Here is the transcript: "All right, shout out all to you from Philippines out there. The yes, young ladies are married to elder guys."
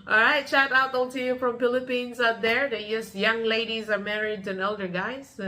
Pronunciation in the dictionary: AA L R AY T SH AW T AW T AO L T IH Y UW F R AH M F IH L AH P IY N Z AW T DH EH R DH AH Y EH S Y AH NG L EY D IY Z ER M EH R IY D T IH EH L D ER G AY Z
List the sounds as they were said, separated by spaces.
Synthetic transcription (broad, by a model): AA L R AY T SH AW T AW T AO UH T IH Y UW F R AH M F IH L AH P IY N Z AW T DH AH R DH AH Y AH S Y AH NG L EY D IY Z ER M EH R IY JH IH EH L D ER G AY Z